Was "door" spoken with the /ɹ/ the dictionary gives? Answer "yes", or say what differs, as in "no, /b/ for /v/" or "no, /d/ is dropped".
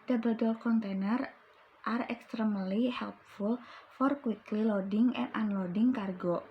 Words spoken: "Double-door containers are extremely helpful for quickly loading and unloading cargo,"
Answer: no, /l/ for /ɹ/